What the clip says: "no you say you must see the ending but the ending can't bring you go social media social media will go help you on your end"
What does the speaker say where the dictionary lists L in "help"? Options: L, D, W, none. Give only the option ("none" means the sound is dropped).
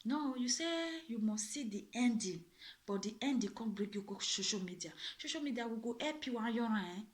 none